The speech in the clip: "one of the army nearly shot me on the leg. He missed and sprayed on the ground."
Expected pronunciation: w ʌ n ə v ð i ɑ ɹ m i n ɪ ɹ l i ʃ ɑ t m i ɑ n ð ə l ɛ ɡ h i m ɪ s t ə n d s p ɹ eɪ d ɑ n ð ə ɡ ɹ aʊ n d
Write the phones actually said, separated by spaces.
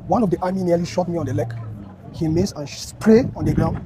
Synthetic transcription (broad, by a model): w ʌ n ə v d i ɑ m i n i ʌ l i ʃ ɑ t m i ɑ n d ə l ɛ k h i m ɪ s ə n s p ɹ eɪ ɑ n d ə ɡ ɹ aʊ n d